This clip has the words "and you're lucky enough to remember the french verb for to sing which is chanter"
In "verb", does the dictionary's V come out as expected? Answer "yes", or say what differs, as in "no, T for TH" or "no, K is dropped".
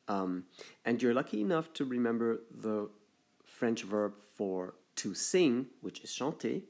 yes